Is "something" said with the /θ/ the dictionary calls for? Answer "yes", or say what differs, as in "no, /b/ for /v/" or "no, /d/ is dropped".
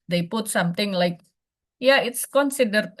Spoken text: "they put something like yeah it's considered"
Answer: no, /t/ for /θ/